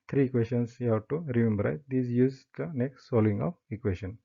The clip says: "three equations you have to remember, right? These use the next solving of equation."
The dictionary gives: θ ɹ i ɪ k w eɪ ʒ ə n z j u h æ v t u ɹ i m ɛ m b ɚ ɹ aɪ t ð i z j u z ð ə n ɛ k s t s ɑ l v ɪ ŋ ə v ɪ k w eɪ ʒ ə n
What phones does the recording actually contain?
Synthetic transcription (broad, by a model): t ɹ i k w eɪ ʃ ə n s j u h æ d t u ɹ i m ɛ m b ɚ ɹ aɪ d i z j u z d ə n ɛ k s t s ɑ l ɪ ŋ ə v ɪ k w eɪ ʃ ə n